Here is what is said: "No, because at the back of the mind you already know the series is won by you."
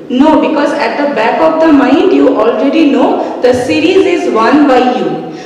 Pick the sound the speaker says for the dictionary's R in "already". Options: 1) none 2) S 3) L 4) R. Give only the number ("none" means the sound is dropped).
4